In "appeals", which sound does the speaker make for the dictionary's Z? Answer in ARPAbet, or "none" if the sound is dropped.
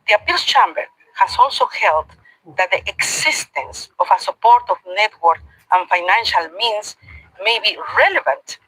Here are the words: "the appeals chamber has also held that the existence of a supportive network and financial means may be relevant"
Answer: S